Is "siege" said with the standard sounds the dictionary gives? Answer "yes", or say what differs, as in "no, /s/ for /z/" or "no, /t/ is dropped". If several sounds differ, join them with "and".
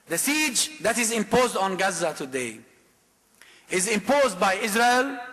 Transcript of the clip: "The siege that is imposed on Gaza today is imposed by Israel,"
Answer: yes